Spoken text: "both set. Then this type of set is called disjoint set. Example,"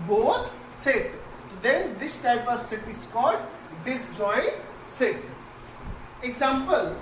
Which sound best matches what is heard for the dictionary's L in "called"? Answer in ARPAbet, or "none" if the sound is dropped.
none